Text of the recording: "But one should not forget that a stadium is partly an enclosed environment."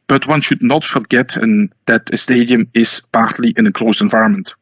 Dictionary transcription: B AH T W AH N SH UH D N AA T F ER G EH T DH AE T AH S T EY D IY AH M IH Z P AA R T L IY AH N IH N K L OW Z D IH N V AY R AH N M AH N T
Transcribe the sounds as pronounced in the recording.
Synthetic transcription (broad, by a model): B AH T W AH N SH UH D N AA T F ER G EH T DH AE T AH S T EY D IY AH M IH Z P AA R T L IY AH N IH K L OW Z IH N V AY R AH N M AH N T